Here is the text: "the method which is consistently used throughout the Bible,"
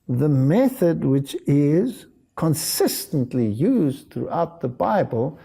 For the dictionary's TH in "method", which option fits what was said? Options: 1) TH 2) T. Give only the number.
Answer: 1